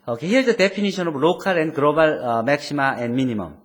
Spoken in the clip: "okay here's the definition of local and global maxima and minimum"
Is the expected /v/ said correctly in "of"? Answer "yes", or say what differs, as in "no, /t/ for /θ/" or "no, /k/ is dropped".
no, /b/ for /v/